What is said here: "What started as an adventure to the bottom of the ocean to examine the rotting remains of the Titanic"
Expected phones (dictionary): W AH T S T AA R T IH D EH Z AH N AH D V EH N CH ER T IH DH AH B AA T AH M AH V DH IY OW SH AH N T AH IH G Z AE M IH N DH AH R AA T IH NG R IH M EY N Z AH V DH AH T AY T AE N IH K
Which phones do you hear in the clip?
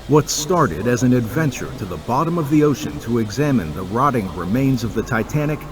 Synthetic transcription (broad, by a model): W AH T S T AA R T IH D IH Z AH N AH D V EH N CH ER T IH DH AH B AA T AH M AH V DH IY OW SH AH N T AH IH G Z AE M IH N DH AH R AA T IH NG R IH M EY N Z AH V DH AH T AY T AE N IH K